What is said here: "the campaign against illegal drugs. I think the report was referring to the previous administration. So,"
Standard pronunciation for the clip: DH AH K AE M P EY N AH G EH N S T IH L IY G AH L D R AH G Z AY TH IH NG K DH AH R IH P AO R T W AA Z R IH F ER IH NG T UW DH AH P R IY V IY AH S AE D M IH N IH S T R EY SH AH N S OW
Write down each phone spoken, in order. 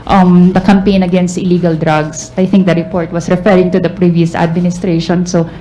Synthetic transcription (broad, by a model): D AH K AE M P EY N AH G EH N S T IH L IY G AH L D R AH G S AY T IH NG K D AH R IH P AO R T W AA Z R IH F ER IH NG T UW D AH P R IY V IY AH S AE D M IH N IH S T R EY SH AH N S OW